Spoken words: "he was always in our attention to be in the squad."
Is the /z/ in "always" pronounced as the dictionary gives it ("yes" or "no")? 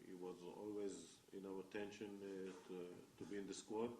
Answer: yes